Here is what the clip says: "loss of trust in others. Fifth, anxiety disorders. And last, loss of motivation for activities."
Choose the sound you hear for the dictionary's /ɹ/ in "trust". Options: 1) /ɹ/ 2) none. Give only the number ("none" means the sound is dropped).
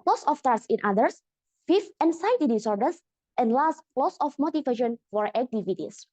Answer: 2